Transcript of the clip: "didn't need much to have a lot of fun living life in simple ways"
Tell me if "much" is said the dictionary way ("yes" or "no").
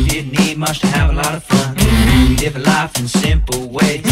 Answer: no